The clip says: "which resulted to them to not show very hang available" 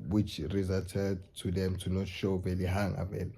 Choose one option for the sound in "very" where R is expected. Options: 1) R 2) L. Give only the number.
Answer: 2